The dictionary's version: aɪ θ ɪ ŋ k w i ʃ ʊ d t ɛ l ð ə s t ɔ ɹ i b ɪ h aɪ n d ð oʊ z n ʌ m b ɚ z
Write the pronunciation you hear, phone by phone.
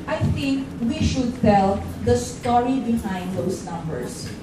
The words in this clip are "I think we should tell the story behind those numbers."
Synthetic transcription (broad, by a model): aɪ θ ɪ ŋ k w i ʃ ʊ d t ɛ l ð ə s t ɔ ɹ i b ɪ h aɪ n d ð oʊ s n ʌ m b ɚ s